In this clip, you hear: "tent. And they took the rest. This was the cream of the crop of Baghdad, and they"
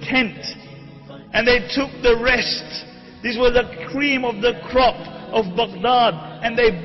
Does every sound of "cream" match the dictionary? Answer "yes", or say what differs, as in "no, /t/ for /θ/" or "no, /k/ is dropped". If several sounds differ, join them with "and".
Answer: yes